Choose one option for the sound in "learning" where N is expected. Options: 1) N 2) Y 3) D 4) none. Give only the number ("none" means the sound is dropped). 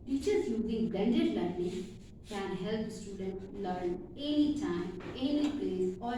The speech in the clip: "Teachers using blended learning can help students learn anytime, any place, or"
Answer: 4